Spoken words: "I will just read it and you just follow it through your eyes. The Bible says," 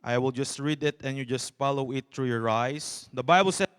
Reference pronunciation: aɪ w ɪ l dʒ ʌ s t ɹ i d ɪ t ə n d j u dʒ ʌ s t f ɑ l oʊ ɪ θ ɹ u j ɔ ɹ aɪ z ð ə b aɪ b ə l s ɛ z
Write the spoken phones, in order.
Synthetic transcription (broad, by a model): aɪ w ɪ l dʒ ʌ s t ɹ i d ɪ t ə n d j u dʒ ʌ s t f ɑ l oʊ ɪ t ɹ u j ɔ ɹ aɪ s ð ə b aɪ b ə l s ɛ